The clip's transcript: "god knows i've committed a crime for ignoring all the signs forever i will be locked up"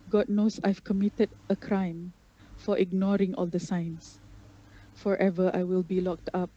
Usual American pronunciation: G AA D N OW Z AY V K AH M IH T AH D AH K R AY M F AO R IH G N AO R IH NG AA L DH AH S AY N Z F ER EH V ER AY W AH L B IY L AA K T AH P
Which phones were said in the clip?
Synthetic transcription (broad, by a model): G AA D N OW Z AY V K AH M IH T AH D AH K R AY M F AO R IH G N AO R IH NG AA L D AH S AY N S F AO EH V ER AY W AH L B IY L AA K T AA P